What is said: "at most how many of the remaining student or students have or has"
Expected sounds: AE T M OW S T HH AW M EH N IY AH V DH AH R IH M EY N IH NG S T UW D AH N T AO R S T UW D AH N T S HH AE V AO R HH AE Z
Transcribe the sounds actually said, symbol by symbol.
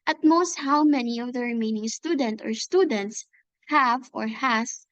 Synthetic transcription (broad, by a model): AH T M OW S T HH AW M EH N IY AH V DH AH R IH M EY N IH NG S T UW D AH N T AO R S T UW D AH N T S HH AE V AO R HH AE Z